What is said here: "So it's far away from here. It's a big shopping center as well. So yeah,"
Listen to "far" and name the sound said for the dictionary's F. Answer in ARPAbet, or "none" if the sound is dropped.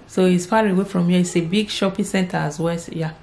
P